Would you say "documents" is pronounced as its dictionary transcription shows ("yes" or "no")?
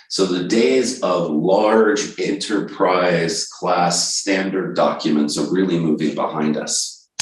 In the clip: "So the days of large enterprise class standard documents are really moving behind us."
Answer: yes